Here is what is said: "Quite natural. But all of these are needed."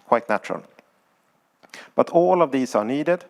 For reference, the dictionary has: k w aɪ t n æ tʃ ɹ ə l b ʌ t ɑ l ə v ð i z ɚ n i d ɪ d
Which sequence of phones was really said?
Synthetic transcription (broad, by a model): k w aɪ t n æ tʃ ɹ ə l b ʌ t ɑ l ə v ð i s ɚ n i d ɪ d